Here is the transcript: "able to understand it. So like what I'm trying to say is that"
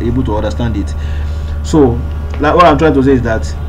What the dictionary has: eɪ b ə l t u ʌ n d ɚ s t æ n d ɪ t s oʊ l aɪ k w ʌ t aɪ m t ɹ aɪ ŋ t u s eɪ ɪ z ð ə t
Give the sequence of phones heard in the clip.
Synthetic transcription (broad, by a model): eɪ b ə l t u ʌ n d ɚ s t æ n d ɪ t s oʊ l aɪ k w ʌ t aɪ m t ɹ aɪ ŋ t u s eɪ ɪ z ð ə t